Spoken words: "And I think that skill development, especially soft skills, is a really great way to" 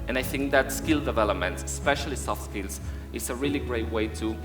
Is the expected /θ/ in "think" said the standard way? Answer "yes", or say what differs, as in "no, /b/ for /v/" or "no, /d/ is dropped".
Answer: yes